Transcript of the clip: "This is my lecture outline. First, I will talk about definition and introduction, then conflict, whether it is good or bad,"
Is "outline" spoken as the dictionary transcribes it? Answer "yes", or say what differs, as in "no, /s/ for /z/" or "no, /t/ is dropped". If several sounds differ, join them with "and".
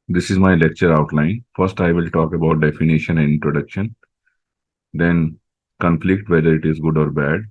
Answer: yes